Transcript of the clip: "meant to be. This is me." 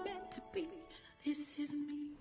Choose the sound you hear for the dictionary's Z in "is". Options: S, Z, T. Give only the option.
Z